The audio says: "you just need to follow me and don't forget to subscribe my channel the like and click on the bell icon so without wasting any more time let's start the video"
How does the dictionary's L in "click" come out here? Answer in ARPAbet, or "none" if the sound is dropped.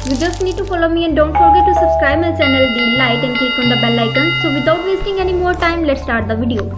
none